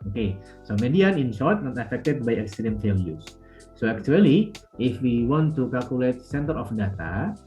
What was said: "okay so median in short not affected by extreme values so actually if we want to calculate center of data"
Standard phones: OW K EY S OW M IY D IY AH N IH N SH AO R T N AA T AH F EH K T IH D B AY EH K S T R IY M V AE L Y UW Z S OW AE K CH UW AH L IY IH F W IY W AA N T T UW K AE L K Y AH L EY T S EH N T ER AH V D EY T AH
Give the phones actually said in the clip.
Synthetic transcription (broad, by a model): OW K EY S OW M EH D IY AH N IH N S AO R T N AA T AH F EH K T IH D B AY EH K S T R IY M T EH L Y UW S OW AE K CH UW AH L IY IH F W IY W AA N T T UW K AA L K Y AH L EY T S EH N T ER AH F D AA T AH